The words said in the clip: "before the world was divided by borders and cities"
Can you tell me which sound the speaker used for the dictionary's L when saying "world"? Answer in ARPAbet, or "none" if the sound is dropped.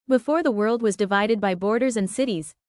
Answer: L